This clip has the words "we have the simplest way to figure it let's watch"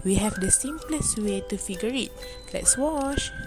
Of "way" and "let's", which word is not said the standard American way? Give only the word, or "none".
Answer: none